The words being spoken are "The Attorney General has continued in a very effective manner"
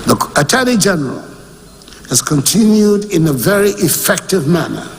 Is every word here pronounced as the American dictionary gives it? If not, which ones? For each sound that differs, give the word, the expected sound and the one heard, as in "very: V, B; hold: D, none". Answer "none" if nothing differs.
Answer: attorney: N, L